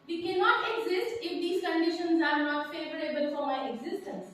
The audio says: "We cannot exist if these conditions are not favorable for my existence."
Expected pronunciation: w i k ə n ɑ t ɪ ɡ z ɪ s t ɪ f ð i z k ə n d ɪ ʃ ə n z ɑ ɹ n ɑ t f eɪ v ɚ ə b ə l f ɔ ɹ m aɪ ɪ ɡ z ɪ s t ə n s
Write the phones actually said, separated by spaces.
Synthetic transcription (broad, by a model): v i k ə n ɑ t ɪ ɡ z ɪ s t ɪ f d i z k ə n d ɪ ʃ ə n z ɑ ɹ n ɑ t f eɪ v ɚ ə b ə l f ɔ ɹ m aɪ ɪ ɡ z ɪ s t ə n s